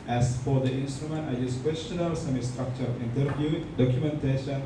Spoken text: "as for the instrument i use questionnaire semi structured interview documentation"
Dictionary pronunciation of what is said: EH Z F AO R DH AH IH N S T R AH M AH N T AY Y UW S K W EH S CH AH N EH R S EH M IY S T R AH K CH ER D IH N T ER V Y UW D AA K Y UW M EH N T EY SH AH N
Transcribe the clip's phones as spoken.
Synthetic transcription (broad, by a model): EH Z F AO R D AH IH N S T R AH M AH N T AY Y UW S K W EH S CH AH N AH L S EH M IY S T R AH K CH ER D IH N T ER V Y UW D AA K Y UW M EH N T EY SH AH N